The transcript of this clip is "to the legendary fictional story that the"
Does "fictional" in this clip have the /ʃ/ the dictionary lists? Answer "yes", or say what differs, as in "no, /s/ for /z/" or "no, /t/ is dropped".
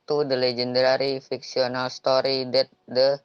no, /s/ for /ʃ/